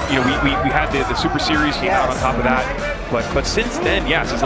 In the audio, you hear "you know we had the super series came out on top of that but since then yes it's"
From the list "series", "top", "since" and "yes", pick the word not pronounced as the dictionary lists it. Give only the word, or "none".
none